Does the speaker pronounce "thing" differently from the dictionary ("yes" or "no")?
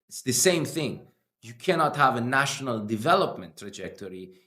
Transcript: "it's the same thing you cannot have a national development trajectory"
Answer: no